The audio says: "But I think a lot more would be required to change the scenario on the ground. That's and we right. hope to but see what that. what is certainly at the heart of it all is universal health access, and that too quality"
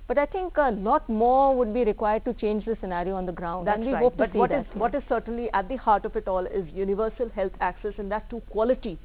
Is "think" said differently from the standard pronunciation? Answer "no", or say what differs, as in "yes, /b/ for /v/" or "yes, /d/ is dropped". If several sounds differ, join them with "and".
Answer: yes, /t/ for /θ/